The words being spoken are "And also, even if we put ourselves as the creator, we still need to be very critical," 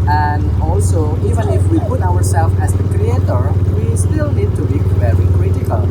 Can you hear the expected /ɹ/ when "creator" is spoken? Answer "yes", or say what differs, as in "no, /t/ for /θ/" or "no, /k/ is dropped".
yes